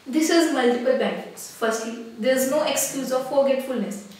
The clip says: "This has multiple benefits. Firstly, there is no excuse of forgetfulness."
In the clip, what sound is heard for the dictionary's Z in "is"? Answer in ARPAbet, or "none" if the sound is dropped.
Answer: Z